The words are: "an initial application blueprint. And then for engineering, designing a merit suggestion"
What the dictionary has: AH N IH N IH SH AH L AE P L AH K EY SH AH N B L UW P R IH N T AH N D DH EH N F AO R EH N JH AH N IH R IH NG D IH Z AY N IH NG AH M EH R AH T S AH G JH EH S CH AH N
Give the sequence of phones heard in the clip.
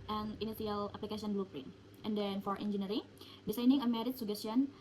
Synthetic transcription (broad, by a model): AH N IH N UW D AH L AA P L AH K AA S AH N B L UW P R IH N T AH N D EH N F AO R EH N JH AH N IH R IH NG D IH S AY N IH NG AH M EH R AH T S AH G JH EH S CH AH N